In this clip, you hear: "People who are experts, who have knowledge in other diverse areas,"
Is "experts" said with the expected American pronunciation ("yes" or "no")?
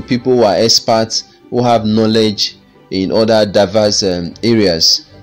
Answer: no